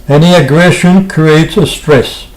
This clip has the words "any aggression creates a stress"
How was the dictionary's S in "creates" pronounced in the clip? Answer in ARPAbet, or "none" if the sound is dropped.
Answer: S